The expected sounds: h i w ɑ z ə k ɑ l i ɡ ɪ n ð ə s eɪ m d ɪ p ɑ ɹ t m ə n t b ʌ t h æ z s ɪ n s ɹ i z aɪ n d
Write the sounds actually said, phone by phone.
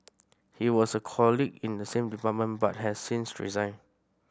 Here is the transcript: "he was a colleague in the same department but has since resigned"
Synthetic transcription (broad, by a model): h i w ɑ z ə k ɑ l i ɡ ɪ n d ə s eɪ m d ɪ p ɑ t m ə n b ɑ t h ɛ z s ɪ n s ɹ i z aɪ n